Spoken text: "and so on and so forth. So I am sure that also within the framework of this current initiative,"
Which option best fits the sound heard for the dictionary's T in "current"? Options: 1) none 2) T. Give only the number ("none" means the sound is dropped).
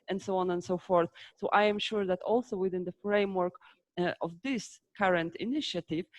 2